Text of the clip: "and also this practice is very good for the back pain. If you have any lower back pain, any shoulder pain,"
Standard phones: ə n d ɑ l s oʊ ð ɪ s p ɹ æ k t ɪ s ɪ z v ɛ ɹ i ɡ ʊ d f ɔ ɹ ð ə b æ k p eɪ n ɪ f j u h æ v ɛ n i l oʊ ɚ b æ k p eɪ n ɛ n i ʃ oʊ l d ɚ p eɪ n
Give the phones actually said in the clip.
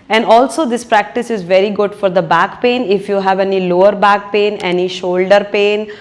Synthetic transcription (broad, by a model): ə n d ɑ l s oʊ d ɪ s p ɹ æ k t ɪ s ɪ z v ɛ ɹ i ɡ ʊ d f ɔ ɹ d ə b æ k p eɪ n ɪ f j u h æ v ɛ n i l oʊ ɚ b æ k p eɪ n ɛ n i ʃ oʊ l d ɚ p eɪ n